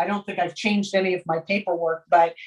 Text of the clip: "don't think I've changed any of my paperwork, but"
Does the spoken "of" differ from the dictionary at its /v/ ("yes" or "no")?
no